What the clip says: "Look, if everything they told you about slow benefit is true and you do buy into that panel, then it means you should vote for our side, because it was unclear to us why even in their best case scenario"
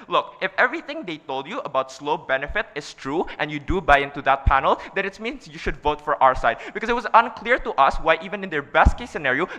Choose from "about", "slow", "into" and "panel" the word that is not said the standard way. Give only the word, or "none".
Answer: none